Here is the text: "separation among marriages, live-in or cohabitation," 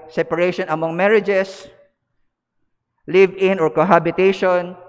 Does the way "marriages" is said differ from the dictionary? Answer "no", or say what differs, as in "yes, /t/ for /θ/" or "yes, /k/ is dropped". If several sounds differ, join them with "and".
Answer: yes, /s/ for /z/